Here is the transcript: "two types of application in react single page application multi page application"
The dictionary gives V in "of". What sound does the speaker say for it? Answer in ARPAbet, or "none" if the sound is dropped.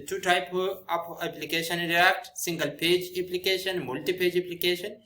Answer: P